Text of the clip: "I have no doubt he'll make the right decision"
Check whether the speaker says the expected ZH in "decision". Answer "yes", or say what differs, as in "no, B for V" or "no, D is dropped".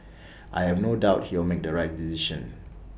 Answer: no, SH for ZH